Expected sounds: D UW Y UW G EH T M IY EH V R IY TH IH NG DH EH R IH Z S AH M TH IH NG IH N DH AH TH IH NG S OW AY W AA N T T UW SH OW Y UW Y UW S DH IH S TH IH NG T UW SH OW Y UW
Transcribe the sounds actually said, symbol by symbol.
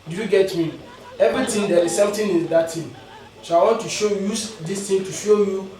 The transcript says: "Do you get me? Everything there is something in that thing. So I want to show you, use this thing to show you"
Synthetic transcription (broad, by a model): D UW Y UW G EH T M IY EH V R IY T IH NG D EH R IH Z S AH M T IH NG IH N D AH T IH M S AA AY W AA N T T UW SH OW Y Y UW S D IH S T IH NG T UW SH OW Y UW